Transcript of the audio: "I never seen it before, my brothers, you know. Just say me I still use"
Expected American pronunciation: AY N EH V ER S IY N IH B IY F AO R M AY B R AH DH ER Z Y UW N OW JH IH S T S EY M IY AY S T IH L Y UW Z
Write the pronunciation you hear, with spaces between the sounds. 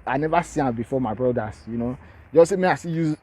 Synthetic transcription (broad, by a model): AY N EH V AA S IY IH B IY F AO M AY B R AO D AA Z Y UW N OW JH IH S S EY M IY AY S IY Y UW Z